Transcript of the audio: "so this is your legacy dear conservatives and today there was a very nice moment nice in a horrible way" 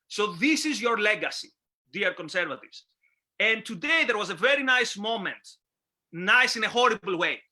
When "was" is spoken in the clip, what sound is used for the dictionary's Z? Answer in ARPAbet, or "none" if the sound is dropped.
Z